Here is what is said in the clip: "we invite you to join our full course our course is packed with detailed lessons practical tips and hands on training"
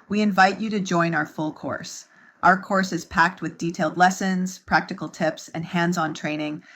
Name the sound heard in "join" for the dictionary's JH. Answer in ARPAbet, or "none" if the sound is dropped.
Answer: JH